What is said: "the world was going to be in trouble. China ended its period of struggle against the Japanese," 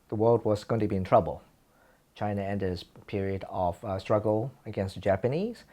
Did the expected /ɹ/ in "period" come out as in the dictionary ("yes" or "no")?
yes